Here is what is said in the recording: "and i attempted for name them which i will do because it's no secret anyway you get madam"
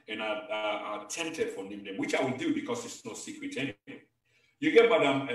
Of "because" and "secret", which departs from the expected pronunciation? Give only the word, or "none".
because